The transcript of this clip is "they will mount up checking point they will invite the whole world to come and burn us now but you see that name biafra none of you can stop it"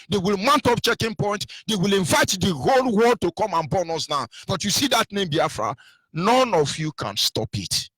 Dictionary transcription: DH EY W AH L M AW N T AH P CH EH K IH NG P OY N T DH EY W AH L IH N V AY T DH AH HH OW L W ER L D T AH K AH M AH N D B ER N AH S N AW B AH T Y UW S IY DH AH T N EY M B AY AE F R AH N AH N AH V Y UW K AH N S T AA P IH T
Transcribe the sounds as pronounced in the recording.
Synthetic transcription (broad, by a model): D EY W AH L M AW N T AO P CH EH K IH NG P OY N T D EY W AH L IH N V AY T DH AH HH OW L W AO D T AH K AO M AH N B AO N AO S N AW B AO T Y UW S IY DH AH T N EY M B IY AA F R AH N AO N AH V Y UW K AH N S T AA P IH T